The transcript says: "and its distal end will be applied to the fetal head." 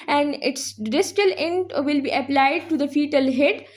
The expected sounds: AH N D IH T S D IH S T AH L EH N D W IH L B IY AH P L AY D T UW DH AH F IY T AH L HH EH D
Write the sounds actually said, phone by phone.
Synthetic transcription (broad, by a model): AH N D IH T S D IH S T AH L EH N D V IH L B IY AH P L AY D T UW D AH F IY T AH L HH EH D